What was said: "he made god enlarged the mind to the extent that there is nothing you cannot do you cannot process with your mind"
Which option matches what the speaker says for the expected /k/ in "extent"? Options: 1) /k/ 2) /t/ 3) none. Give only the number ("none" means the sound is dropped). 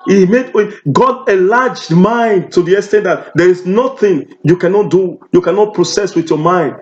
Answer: 3